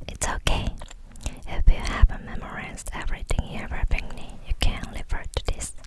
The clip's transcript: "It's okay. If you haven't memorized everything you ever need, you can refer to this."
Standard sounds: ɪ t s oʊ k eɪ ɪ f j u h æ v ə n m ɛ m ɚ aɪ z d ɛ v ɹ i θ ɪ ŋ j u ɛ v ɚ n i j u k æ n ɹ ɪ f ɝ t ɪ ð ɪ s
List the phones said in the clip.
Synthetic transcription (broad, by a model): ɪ t s oʊ k eɪ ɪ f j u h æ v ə m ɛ m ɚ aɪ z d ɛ v ɹ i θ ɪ ŋ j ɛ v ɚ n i j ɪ k æ n l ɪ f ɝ t ɪ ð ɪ s